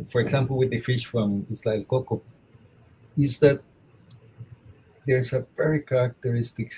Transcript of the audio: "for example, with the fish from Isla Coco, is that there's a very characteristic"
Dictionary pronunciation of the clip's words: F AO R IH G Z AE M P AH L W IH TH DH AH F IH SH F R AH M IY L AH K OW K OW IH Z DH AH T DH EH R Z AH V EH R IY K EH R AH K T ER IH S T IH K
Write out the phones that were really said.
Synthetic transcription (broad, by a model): F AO R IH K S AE M P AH L W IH DH AH F IH SH F R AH M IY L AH K OW K OW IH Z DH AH T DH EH R S AH P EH R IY K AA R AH K T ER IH S T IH K